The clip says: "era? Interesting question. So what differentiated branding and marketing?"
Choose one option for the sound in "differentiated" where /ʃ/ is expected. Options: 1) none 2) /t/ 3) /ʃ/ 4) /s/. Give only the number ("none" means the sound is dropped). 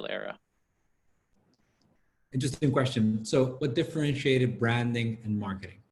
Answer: 3